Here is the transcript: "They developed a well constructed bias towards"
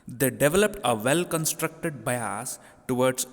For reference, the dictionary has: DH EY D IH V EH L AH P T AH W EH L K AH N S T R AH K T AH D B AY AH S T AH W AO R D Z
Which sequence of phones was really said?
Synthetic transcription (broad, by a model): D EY D IH V EH L AH P T AH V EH L K AH N S T R AH K T AH D B AY AH S T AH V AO R D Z